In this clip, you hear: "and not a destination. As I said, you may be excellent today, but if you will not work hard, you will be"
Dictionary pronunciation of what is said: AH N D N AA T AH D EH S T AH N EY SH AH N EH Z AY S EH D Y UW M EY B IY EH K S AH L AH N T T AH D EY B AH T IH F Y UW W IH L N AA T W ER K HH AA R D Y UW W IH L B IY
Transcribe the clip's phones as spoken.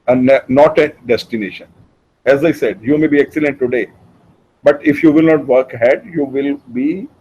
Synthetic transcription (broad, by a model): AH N N AA T AH D EH S T AH N EY SH AH N EH Z AY S EH D Y UW M EY B IY EH K S AH L AH N T T AH D EY B AH T IH F Y UW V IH L N AA T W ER K HH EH D Y UW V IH L B IY